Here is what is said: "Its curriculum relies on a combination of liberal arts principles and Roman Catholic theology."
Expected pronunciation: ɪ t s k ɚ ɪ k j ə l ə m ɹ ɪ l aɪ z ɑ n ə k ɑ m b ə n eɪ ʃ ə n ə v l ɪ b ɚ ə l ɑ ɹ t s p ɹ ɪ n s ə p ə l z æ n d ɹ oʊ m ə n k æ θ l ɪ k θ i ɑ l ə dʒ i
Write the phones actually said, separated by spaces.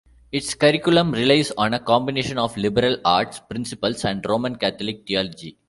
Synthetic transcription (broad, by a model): ɪ t s k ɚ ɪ k j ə l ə m ɹ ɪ l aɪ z ɑ n ə k ɑ m b ə n eɪ ʃ ə n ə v l ɪ b ɚ ə l ɑ ɹ t s p ɹ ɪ n s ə p ə l s æ n d ɹ oʊ m ə n k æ t l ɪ k t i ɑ l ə dʒ i